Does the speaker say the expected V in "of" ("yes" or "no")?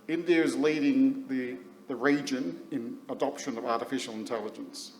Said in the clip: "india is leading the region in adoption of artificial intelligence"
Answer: yes